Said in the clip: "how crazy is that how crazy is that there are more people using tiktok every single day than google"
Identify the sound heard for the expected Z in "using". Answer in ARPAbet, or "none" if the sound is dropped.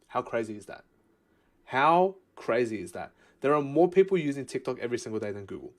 Z